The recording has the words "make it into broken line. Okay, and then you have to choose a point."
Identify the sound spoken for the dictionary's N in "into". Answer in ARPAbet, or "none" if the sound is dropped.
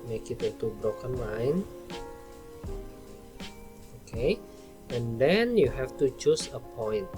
none